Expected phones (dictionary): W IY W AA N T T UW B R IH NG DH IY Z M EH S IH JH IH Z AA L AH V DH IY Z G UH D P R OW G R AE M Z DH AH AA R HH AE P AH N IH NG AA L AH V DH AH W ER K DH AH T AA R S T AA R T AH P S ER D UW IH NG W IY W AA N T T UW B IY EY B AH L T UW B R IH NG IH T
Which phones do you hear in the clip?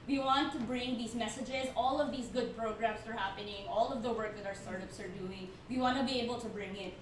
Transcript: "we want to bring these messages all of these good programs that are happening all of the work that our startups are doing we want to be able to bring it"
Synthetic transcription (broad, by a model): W IY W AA N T T UW B R IH NG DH IY Z M EH S IH JH IH Z AA L AH V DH IY Z G UH D P R OW G R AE M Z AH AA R HH AE P AH N IH NG AA L AH V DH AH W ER K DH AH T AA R S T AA R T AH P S ER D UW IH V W IY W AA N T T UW B IY EY B AH L T UW B R IH NG IH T